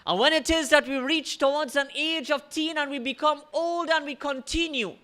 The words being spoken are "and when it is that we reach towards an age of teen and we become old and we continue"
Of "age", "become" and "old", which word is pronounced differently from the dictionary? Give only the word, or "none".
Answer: none